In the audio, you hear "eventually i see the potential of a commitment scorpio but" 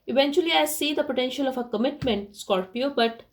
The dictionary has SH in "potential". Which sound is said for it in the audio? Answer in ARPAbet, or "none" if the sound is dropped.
SH